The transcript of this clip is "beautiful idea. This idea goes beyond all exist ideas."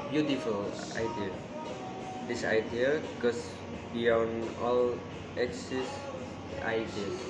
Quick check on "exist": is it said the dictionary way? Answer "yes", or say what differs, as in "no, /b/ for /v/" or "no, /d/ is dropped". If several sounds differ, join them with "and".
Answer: no, /t/ is dropped